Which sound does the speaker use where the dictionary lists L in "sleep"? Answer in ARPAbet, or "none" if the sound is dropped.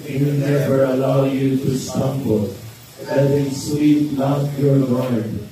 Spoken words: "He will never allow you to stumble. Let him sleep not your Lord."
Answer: W